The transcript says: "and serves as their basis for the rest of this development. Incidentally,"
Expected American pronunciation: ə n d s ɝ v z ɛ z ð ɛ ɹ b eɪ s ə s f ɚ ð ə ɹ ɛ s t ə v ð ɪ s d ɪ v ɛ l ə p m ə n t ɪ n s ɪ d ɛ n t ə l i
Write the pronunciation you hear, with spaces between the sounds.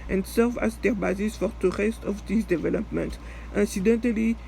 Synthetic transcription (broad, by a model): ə n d s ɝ v ɑ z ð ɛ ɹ b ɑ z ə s f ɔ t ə ɹ ɛ s t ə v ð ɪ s d ɪ v ɛ l ə p m ə n t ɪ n s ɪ d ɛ n t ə l i